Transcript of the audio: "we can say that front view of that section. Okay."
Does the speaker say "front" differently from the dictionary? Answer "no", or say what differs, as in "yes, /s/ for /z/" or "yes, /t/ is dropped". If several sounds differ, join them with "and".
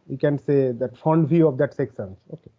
yes, /ɹ/ is dropped